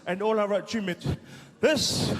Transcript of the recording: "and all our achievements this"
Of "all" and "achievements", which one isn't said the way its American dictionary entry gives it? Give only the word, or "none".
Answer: achievements